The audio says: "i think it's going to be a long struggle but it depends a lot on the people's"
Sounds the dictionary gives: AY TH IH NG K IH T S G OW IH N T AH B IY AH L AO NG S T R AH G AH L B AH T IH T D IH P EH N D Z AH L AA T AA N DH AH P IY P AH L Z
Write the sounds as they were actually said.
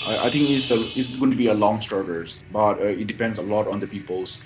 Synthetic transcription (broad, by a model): AY T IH NG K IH S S G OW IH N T B IY AH L AO NG S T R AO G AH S B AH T IH T D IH P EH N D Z AH L AA T AA N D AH P IY P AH L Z